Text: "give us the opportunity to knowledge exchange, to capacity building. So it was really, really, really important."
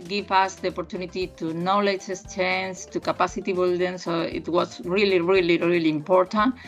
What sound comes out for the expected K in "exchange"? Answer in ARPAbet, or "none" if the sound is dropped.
none